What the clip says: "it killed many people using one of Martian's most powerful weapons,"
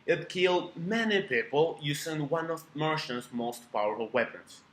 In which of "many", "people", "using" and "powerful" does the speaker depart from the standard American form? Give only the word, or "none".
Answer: using